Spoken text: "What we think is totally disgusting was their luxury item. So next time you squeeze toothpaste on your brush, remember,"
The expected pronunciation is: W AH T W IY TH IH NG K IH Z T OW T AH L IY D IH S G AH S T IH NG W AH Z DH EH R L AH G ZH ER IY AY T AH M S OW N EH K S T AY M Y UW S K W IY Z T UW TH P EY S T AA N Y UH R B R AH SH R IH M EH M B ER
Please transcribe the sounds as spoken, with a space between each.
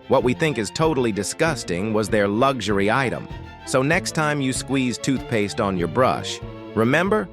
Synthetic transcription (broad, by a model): W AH T W IY TH IH NG K IH Z T OW T L IY D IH S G AH S T IH NG W AH Z DH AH R L AH G ZH ER IY AY T AH M S OW N EH K S T AY M Y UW S K W IY Z T UW TH P EY S T N Y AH R B R AH SH R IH M EH M B ER